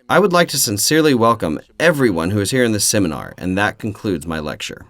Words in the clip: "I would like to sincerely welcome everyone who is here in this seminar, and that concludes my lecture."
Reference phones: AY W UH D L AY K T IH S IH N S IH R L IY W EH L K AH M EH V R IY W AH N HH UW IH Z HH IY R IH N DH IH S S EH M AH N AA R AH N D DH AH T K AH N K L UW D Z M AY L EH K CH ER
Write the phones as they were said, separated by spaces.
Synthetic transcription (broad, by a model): AY W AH D L AY K T IH S IH N S IH R L IY W EH L K AH M EH V R IY W AH N HH UW IH Z HH IY R IH N DH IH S S EH M AH N AA R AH N DH AH T K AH N K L UW D Z M AY L EH K CH ER